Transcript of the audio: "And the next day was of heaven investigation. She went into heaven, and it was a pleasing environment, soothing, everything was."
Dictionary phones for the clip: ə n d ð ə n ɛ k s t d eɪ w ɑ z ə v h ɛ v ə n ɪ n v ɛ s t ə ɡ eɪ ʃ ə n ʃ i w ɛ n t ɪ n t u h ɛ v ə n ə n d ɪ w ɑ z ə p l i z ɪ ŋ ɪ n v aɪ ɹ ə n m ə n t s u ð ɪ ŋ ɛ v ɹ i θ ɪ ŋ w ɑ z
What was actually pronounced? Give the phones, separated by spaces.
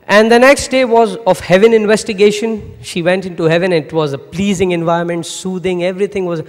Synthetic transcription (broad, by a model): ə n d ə n ɛ k s t d eɪ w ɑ z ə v h ɛ v ə n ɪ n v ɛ s t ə ɡ eɪ ʃ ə n ʃ i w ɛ n t ɪ n t u h ɛ v ə n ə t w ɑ z ə p l i z ɪ ŋ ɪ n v aɪ ə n m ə n t s u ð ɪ ŋ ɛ v ɹ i t ɪ ŋ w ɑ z